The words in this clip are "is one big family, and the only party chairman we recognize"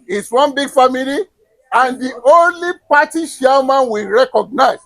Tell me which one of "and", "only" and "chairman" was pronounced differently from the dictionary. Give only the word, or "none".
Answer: chairman